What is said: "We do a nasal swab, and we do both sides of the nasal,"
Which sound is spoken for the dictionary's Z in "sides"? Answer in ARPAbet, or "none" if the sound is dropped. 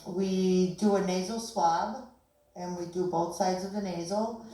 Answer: Z